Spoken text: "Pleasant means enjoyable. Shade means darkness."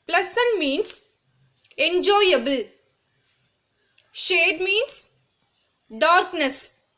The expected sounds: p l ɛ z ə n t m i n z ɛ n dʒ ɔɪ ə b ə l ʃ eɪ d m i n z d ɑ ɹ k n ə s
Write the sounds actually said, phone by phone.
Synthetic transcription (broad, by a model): p l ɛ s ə n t m i n s ɛ n dʒ ɔɪ ə b ə l ʃ eɪ d m i n s d ɑ ɹ k n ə s